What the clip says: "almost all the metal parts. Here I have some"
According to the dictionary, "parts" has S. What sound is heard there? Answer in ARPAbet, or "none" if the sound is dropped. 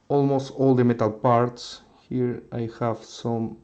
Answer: S